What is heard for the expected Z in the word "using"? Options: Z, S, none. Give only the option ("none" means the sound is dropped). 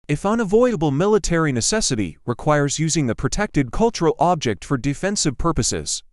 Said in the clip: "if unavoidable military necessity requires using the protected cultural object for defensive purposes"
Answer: Z